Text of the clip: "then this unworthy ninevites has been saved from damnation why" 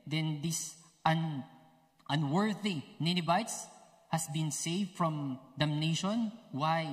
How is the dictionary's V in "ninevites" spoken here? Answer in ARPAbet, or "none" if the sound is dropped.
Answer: B